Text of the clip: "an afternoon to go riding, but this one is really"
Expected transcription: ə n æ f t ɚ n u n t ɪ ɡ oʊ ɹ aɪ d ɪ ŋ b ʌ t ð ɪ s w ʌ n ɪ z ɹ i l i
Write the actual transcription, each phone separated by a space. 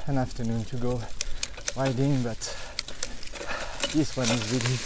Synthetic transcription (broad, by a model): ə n æ f t ɚ n u n t ɪ ɡ oʊ ɹ aɪ d ɪ ŋ b ʌ t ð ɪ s w ʌ n ɪ z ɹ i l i